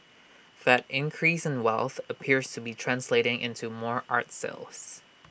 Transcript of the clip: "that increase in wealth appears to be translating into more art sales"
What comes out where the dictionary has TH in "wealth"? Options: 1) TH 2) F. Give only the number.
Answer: 1